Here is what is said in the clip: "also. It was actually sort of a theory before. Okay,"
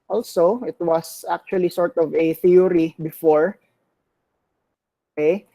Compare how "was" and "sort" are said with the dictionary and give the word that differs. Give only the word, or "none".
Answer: was